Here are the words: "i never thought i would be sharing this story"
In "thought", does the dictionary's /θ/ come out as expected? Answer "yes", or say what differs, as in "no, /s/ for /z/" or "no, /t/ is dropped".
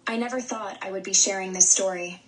yes